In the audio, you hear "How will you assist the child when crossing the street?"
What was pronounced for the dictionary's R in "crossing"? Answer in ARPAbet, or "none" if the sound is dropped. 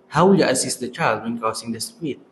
none